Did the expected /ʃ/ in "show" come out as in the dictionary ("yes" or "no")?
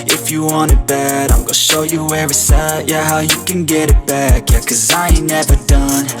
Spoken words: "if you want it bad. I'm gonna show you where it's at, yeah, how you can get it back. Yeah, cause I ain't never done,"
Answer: yes